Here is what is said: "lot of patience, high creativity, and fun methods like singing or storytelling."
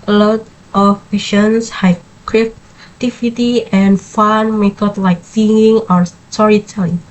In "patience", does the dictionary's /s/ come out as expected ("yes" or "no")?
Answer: yes